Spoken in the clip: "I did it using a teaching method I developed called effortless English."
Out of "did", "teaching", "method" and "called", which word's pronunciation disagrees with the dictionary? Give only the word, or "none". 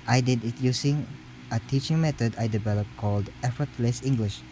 method